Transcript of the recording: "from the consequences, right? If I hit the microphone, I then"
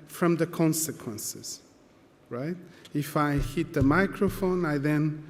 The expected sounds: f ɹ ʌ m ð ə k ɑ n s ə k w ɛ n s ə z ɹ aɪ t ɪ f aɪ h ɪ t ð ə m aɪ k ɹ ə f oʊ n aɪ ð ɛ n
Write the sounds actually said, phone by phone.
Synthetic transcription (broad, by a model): f ɹ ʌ m ð ə k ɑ n s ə k w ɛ n s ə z ɹ aɪ t ɪ f aɪ h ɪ t ð ə m aɪ k ɹ ə f oʊ n aɪ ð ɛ n